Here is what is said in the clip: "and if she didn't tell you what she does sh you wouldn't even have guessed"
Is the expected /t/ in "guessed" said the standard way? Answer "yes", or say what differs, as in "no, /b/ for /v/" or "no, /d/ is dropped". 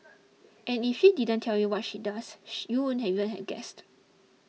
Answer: yes